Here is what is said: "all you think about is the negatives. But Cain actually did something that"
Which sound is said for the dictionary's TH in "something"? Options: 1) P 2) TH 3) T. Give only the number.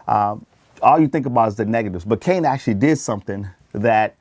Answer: 2